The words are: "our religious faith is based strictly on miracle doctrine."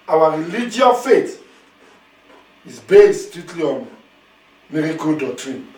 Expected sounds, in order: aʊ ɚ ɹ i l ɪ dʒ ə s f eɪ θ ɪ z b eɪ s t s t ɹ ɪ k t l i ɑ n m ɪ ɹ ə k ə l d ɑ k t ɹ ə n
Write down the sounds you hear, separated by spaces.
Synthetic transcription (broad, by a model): aʊ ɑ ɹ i l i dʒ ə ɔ f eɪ t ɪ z b eɪ s t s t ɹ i t l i ɑ n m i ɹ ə k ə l d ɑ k t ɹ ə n